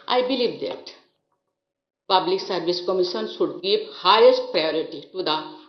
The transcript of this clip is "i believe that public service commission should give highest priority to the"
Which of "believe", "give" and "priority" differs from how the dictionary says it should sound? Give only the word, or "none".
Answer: give